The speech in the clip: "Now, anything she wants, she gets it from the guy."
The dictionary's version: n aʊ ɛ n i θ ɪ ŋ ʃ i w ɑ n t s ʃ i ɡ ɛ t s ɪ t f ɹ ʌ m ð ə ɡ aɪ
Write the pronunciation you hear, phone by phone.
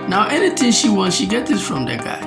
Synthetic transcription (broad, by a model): n aʊ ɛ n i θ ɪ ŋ ʃ i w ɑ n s ʃ i ɡ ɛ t ɪ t f ɹ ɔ m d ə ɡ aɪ